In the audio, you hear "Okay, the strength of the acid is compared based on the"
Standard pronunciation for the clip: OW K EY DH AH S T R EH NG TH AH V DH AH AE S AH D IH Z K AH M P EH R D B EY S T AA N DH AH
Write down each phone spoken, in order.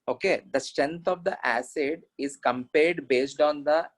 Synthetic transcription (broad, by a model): OW K EY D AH S T R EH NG T AH V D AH AE S AH D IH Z K AH M P EH R D B EY S T AA N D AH